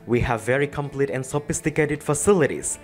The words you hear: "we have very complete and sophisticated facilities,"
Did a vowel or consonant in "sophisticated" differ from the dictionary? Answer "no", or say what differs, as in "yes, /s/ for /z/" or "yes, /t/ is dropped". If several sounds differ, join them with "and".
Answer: no